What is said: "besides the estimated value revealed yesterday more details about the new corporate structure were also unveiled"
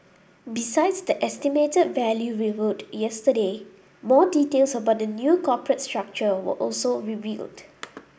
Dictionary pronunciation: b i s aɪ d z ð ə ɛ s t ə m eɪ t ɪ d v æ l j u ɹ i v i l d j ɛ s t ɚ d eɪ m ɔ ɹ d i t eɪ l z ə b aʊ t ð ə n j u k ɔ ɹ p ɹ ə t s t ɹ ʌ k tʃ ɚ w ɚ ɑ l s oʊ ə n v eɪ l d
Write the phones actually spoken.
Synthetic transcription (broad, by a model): b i s aɪ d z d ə ɛ s t ə m eɪ t ɪ d v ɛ l j u ɹ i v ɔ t j ɛ s t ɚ d eɪ m ɔ d i t eɪ l s ə b aʊ t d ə n j u k ɔ p ɹ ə t s t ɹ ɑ k tʃ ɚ w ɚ ɑ l s oʊ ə v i l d